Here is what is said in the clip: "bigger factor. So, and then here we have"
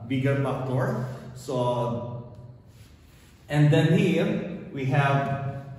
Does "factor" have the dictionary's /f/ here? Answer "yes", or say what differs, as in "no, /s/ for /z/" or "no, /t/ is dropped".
no, /p/ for /f/